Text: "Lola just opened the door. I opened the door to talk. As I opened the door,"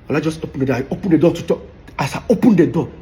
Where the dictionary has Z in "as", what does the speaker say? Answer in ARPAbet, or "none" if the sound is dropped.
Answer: S